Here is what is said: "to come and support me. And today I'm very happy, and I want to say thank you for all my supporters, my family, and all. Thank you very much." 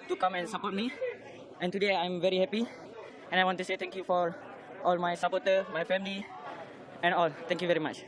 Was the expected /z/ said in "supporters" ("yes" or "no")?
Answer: no